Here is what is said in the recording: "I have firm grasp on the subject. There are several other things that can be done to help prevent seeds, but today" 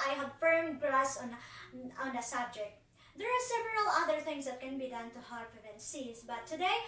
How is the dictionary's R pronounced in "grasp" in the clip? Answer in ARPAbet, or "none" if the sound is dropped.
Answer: L